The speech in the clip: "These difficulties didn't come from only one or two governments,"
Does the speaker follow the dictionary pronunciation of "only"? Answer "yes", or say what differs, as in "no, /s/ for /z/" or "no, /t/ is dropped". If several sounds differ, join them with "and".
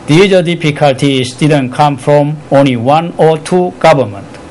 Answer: yes